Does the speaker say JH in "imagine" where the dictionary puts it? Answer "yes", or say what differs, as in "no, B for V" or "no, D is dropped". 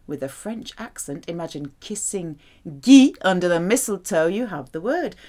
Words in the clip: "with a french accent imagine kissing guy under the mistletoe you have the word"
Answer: yes